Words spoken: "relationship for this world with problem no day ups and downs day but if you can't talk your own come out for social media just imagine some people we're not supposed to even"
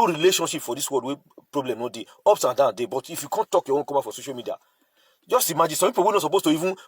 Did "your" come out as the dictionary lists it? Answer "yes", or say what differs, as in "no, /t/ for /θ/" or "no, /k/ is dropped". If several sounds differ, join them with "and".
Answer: no, /w/ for /ɹ/